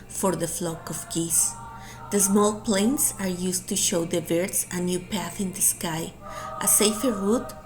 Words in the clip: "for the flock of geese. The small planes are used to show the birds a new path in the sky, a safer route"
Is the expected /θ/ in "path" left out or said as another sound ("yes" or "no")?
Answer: no